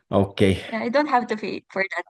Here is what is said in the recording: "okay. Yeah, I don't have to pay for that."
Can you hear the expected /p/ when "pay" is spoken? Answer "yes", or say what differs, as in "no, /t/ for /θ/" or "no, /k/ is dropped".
no, /f/ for /p/